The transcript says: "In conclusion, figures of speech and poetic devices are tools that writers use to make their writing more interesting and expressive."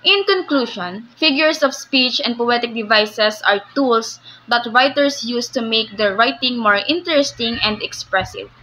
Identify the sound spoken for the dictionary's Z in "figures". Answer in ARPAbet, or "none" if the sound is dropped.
S